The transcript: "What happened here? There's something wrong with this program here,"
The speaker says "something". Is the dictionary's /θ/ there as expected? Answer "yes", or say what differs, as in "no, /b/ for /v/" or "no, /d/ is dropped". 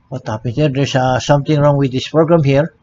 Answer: no, /t/ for /θ/